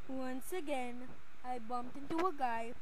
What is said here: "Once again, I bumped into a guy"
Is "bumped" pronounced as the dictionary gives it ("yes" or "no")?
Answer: yes